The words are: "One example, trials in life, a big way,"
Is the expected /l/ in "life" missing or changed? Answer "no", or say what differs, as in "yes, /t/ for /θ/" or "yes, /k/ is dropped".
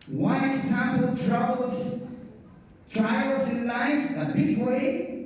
no